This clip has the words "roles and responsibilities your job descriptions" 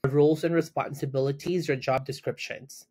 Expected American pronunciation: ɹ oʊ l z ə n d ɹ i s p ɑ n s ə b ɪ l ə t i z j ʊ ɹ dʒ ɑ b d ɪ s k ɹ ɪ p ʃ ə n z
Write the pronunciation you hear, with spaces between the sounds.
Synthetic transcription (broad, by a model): ɹ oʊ l z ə n ɹ i s p ɑ n s ə b ɪ l ə t i z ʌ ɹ dʒ ɑ b d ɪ s k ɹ ɪ p ʃ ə n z